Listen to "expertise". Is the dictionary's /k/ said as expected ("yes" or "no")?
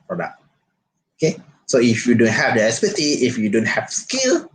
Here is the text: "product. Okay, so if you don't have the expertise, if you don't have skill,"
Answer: no